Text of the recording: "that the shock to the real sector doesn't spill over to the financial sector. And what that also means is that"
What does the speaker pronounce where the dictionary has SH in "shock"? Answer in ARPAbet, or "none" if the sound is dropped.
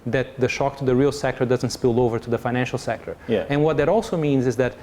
SH